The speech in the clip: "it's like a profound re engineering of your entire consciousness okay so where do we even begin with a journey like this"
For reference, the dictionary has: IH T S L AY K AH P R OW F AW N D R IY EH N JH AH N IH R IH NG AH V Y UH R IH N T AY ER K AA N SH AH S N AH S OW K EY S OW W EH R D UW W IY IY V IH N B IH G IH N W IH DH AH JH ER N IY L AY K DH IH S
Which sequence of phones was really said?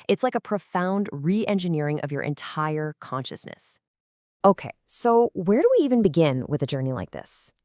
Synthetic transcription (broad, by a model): IH T S L AY K AH P R OW F AW N D R IY EH N JH AH N IH R IH NG AH V Y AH R IH N T AY ER K AA N SH AH S N AH S OW K EY S OW W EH R D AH W IY IY V IH N B IH G IH N W IH DH AH JH ER N IY L AY K DH IH S